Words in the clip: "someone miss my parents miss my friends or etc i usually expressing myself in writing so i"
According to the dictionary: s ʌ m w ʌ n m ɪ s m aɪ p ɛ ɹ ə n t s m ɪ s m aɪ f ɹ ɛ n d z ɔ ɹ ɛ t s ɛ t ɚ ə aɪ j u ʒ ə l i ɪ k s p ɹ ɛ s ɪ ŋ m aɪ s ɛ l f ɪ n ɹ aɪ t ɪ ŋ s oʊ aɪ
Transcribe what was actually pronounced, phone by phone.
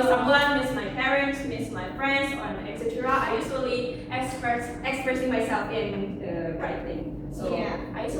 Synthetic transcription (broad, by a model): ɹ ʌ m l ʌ m ɪ s m aɪ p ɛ ɹ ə n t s m ɪ s m aɪ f ɹ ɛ n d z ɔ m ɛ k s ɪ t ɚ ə aɪ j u s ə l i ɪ k s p ɹ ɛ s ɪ ŋ m aɪ s ɛ l f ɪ n ɹ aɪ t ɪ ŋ s oʊ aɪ